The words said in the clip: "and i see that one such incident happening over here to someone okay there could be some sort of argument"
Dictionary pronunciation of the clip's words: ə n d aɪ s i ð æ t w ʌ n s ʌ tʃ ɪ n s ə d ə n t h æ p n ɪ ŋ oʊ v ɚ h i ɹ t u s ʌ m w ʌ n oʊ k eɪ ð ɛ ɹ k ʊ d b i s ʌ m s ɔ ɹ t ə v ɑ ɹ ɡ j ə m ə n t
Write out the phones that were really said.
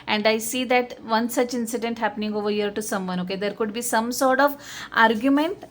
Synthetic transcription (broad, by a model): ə n d aɪ s i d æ t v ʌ n s ʌ tʃ ɪ n s ə d ə n t h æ p n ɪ ŋ oʊ v ɚ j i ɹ t u s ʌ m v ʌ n oʊ k eɪ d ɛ ɹ k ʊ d b i s ʌ m s ɔ ɹ t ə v ɑ ɹ ɡ j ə m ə n t